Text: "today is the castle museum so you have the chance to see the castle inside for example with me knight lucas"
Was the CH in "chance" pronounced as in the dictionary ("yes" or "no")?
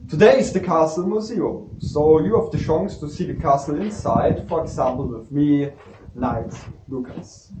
no